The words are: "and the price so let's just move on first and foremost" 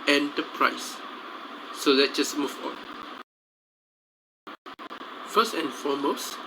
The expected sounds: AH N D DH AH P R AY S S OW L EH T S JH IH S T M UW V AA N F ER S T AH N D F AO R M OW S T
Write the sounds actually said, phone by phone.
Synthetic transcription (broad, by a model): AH N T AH P R AY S S OW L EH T JH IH S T M UW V AA N F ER S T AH N F AO M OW S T